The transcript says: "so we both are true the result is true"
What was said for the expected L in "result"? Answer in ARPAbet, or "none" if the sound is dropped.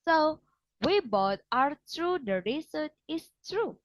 none